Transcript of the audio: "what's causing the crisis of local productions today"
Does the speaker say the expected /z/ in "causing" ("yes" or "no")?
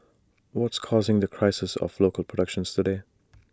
yes